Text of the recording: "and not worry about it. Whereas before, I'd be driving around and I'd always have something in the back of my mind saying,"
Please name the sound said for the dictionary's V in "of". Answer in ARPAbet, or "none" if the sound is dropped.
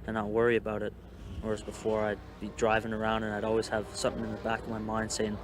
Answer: V